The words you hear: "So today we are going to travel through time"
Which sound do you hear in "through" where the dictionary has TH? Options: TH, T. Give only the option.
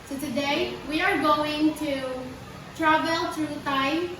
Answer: T